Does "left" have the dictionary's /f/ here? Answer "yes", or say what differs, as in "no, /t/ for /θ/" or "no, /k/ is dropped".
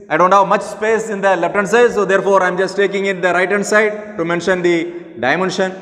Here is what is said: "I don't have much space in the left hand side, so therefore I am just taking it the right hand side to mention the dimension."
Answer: no, /p/ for /f/